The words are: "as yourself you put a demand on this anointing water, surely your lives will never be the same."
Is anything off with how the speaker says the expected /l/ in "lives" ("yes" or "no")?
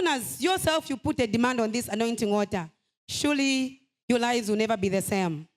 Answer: no